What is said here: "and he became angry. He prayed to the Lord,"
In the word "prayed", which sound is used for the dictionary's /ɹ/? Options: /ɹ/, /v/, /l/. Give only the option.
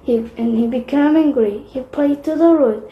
/l/